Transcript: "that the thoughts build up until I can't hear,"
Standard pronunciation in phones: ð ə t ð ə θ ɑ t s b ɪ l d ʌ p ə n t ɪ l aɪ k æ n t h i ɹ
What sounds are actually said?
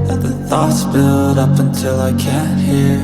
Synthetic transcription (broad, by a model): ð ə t ð ə θ ɑ t s b ɪ l d ʌ p ə n t ɪ l aɪ k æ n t h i ɹ